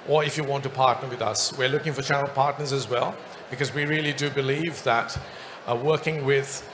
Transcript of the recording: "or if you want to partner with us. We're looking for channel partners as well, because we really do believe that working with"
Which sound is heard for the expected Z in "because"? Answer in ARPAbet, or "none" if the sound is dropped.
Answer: Z